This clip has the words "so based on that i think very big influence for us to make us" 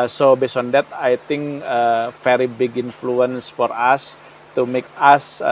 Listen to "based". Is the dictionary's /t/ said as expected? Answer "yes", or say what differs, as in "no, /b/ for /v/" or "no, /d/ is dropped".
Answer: no, /t/ is dropped